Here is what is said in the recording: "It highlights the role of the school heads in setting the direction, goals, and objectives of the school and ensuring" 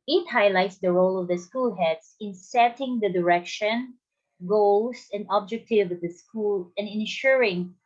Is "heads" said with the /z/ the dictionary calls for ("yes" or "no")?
no